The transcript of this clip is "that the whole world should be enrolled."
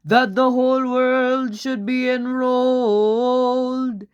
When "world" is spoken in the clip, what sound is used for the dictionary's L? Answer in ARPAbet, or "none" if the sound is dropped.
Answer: L